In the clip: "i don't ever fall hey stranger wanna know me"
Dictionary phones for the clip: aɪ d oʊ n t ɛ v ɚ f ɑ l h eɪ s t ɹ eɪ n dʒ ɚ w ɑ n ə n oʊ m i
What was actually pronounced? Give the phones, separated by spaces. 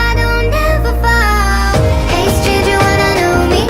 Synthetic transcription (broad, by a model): aɪ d oʊ n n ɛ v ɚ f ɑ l h eɪ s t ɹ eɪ dʒ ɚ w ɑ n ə n oʊ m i